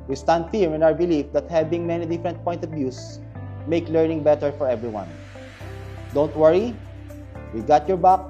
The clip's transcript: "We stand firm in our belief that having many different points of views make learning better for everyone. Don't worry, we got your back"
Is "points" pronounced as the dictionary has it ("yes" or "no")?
no